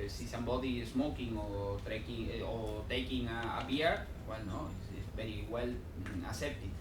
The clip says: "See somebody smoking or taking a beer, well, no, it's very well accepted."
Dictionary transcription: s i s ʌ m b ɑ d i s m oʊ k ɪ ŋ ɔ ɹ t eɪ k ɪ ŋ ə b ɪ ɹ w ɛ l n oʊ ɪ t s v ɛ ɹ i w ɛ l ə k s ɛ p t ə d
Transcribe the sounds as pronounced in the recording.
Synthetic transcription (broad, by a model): s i s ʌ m b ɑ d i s m oʊ k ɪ ŋ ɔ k t eɪ k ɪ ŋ ə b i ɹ w ɛ l n oʊ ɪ s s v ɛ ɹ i w ɛ l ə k s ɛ p t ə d